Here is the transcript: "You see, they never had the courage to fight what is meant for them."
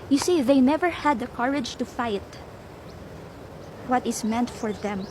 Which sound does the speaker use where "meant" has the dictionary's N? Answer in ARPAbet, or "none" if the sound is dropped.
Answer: N